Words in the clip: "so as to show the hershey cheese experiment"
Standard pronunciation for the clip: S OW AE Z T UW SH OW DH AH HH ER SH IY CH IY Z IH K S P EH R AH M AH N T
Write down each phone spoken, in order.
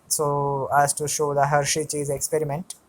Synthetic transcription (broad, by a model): S OW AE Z T UW SH OW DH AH HH ER SH IY CH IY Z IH K S P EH R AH M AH N T